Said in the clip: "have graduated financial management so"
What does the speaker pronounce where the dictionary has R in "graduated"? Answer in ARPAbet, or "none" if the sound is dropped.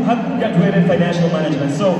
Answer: none